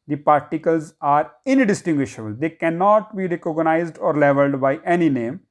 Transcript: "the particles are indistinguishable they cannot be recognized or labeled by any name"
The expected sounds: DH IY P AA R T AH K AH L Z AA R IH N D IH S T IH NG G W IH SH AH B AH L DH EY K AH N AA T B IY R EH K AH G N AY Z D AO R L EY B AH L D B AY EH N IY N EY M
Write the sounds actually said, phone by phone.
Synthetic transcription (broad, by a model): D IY P AA R T AH K AH L Z AA R IH N D IH S T IH NG G W IH SH AH B AH L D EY K AH N AA T B IY R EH K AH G N AY Z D AO R L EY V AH L D B AY EH N IY N EY M